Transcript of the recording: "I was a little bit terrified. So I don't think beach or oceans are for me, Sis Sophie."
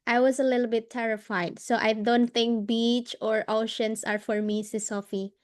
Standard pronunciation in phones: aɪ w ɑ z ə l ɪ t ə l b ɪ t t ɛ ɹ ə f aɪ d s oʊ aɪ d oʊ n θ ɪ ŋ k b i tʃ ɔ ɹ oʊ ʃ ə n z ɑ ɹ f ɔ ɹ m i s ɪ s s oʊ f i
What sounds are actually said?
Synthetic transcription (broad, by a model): aɪ w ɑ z ə l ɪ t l b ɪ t t ɛ ɹ ə f aɪ d s oʊ aɪ d oʊ n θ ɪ ŋ k b i tʃ ɔ ɹ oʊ ʃ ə n s ɑ ɹ f ɔ ɹ m i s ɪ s s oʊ f i